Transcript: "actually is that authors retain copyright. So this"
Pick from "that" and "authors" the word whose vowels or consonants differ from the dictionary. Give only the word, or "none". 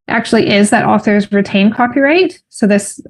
none